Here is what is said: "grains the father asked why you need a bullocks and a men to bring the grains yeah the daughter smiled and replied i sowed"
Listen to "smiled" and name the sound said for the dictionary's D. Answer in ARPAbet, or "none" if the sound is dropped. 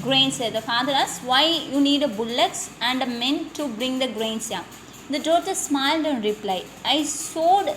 D